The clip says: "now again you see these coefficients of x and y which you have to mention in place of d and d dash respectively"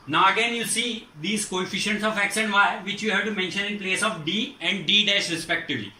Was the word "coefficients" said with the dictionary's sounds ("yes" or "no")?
yes